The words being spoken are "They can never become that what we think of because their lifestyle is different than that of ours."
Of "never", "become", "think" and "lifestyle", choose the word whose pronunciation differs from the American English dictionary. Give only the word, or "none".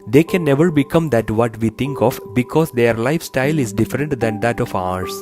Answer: think